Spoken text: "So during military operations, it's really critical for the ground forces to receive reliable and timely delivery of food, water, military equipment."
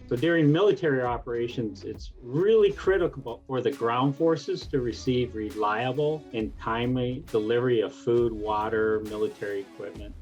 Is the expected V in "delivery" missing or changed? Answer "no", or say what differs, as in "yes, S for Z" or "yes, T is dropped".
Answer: no